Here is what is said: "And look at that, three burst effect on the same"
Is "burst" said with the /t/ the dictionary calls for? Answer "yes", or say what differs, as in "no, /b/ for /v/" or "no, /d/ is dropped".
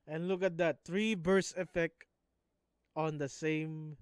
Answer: no, /t/ is dropped